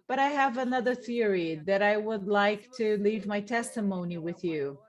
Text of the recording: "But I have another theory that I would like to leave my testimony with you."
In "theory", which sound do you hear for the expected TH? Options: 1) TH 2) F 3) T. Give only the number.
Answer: 1